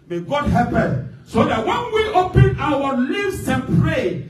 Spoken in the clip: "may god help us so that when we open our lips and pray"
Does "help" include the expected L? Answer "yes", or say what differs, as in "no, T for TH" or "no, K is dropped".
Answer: no, L is dropped